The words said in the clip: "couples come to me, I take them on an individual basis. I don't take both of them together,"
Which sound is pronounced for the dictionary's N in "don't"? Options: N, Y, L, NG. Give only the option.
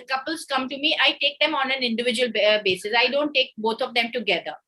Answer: N